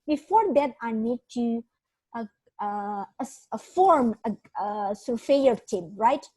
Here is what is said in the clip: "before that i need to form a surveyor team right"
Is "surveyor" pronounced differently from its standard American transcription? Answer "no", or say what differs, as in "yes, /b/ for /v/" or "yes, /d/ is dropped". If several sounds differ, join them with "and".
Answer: yes, /f/ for /v/